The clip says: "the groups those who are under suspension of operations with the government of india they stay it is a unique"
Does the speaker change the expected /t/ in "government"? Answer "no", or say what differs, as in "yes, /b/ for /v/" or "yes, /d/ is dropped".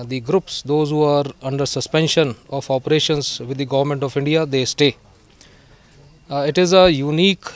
no